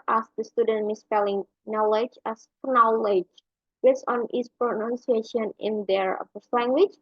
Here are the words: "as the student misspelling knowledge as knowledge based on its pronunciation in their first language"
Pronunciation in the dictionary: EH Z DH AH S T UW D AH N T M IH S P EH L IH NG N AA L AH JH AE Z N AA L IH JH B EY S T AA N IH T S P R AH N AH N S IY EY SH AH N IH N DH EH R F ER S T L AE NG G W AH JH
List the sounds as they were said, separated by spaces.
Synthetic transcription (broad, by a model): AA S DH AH S T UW D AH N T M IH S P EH L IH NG N AA L AH JH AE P N AA L IH JH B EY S AA N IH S P R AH N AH N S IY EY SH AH N IH N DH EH R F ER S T L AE NG G W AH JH